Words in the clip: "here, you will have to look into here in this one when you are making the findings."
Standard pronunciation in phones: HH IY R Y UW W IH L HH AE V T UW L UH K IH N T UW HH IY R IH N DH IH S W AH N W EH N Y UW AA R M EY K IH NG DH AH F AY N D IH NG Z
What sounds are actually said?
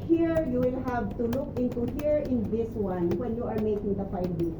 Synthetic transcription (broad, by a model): HH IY R Y UW W IH L HH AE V T UW L UH K IH N T UW HH IY R IH N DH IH S W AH N W EH N Y UW AA R M EY K IH NG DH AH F AY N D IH